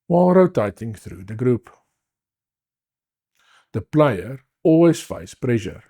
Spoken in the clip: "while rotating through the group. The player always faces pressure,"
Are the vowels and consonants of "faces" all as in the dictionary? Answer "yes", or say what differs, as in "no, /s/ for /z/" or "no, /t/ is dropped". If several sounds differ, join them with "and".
no, /s/ is dropped